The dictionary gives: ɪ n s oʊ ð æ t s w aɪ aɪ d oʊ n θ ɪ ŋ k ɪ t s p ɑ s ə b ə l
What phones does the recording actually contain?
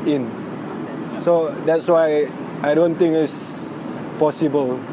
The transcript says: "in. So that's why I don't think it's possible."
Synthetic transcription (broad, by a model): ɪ n s oʊ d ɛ t s w aɪ aɪ d oʊ n t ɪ ŋ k ɪ t s p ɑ s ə b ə l